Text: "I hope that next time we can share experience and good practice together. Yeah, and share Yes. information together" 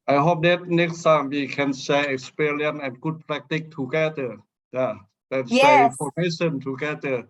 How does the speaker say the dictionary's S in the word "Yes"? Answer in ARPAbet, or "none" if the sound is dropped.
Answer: none